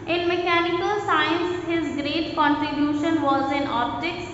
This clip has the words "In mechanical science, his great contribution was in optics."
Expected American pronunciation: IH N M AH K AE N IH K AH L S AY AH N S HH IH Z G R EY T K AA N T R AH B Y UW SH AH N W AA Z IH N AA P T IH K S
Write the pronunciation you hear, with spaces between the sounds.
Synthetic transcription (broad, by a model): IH N M AH K AE N IH K AH L S AY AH N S HH IH Z G R EY T K AA N T R AH B Y UW SH AH N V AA Z IH N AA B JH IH K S